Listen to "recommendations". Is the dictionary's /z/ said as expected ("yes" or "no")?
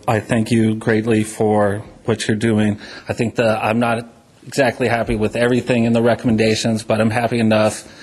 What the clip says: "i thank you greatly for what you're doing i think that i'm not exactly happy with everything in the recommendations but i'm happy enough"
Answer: yes